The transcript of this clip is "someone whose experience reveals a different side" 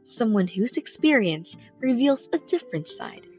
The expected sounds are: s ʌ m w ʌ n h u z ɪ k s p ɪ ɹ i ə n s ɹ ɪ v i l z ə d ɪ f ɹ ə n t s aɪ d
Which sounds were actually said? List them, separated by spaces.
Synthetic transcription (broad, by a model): s ʌ m w ʌ n h u z ɪ k s p ɪ ɹ i ə n s ɹ ɪ v i l z ə d ɪ f ɹ ə n t s aɪ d